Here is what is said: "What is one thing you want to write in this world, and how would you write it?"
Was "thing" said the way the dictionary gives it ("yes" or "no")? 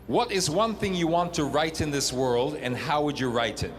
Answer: yes